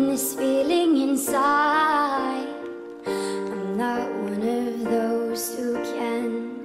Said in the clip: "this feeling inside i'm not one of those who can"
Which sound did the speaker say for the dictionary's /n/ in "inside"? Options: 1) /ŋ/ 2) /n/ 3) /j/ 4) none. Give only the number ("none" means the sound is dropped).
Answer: 2